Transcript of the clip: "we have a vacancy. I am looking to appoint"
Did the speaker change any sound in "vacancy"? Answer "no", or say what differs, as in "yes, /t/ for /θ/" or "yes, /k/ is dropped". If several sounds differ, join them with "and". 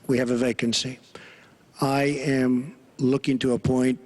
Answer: no